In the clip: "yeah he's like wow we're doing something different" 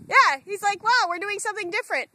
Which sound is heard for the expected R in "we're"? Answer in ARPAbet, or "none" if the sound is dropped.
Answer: R